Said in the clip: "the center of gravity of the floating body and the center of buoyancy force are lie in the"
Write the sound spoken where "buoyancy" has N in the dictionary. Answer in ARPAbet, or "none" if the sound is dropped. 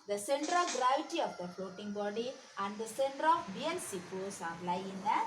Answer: L